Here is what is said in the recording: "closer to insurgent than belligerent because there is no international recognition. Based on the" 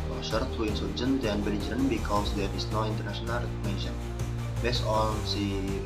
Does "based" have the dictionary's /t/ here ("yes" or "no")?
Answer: no